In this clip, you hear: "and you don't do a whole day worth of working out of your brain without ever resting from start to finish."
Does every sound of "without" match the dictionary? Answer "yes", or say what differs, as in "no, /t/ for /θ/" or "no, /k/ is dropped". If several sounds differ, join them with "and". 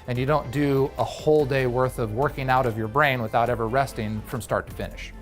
yes